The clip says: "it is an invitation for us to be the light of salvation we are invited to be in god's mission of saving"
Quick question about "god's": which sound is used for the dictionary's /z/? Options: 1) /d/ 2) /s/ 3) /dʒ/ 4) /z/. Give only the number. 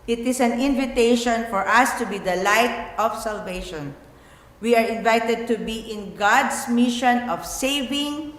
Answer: 2